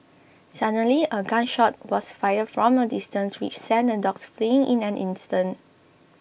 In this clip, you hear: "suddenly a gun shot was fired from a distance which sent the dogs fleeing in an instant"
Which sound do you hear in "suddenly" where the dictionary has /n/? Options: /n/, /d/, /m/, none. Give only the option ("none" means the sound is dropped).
none